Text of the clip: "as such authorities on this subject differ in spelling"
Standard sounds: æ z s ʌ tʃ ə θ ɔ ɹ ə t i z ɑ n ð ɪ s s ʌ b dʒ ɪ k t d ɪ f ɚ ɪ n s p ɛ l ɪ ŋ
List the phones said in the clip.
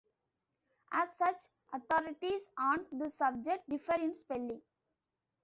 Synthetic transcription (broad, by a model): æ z s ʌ tʃ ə t ɔ ɹ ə t i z ɑ n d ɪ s s ʌ b dʒ ɪ k t d ɪ f ɚ ɪ n s p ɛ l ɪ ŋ